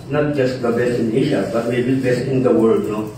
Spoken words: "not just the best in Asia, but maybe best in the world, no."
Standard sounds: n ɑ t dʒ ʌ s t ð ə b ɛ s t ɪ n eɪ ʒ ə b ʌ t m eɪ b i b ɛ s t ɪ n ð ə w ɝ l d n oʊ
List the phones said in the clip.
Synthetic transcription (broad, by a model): n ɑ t dʒ ʌ s t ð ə b ɛ s t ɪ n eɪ ʃ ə b ʌ t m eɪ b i b ɛ s t ɪ n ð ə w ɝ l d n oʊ